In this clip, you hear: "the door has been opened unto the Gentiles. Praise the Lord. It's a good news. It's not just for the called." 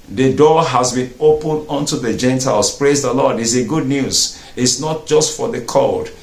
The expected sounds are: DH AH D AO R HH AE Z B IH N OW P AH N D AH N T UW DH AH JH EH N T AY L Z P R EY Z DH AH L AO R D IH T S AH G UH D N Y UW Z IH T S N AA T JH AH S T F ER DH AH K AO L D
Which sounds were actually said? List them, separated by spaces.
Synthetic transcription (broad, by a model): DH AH D AO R HH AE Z B IH N OW P AH N D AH N T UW DH AH JH EH N T AY L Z P R EY Z DH AH L AO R D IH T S AH G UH D N Y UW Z IH T S N AA T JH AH S T F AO DH AH K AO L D